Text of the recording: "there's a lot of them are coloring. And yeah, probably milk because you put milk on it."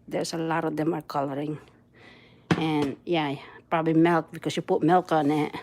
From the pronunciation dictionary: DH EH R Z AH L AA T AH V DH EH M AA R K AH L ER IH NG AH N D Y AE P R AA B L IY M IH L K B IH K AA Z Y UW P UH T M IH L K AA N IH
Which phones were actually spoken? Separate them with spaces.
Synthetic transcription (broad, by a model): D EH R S AH L AA T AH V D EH M AA R K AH L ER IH NG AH N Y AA P R AA B L IY M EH L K B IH K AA S Y UW P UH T M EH L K AA N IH